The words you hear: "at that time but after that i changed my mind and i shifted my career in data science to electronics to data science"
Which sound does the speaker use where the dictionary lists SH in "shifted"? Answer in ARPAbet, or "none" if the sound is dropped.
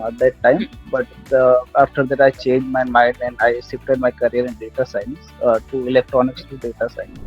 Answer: S